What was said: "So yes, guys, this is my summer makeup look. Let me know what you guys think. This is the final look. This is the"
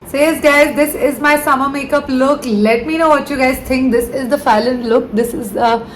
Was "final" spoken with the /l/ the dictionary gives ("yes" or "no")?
no